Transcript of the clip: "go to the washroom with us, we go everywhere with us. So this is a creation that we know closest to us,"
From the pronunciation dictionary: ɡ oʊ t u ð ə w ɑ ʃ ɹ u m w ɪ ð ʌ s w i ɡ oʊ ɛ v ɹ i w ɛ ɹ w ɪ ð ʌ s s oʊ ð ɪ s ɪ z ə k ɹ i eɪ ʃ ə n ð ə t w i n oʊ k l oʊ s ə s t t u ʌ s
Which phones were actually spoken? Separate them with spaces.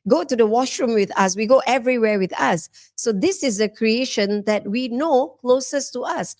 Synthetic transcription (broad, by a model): ɡ oʊ t u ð ə w ɑ ʃ ɹ u m w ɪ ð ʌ s w i ɡ oʊ ɛ v ɹ i w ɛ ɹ w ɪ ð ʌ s s oʊ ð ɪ s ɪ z ə k ɹ i eɪ ʃ ə n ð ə t w i n oʊ k l oʊ s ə s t t u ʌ s